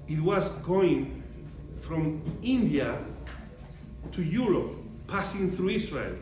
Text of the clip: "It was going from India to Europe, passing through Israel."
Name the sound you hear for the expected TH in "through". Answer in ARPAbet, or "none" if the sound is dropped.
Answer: TH